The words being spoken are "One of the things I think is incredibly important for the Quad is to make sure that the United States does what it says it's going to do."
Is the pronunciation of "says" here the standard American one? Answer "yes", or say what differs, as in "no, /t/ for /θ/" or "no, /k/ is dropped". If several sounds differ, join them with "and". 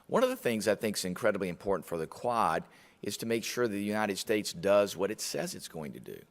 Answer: yes